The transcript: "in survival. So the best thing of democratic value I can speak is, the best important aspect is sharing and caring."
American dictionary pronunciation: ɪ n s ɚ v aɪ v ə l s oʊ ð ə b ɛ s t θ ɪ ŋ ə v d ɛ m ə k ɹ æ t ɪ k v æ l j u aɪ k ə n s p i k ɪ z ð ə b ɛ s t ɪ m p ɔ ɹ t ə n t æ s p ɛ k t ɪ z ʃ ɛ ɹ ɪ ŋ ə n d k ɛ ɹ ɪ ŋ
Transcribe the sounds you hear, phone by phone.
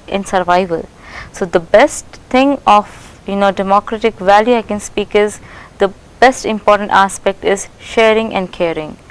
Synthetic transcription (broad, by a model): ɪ n s ɚ v aɪ v ə l s oʊ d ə b ɛ s t t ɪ ŋ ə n d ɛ m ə k ɹ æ t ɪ k v æ l j u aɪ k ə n s p i k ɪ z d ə b ɛ s t ɪ m p ɔ ɹ t ə n t æ s p ɛ k t ɪ z ʃ ɛ ɹ ɪ ŋ ə n d k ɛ ɹ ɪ ŋ